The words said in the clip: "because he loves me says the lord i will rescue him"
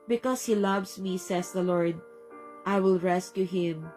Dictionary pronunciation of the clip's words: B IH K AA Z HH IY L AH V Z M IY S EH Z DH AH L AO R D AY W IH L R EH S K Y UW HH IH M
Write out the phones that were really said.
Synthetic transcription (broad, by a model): B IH K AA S HH IY L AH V S M IY S EH S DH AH L AO R D AY W IH L R EH S K Y UW HH IH M